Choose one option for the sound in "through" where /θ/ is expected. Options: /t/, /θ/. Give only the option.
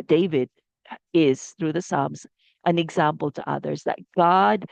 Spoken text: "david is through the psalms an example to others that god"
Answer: /θ/